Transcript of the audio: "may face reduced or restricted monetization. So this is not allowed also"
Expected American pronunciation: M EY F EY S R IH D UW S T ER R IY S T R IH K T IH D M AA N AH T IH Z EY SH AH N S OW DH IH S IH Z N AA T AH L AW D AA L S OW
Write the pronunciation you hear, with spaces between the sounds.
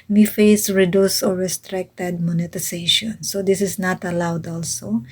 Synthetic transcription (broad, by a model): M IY F EY S R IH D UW S AO R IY S T R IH K T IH D M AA N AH T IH S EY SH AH N S OW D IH S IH S N AA T AH L AW D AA L S OW